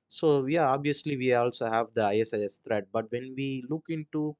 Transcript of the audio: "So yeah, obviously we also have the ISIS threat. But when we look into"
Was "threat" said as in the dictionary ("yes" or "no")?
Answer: no